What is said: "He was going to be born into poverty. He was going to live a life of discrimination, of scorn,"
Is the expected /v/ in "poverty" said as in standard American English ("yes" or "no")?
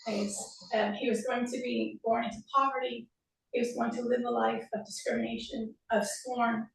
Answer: yes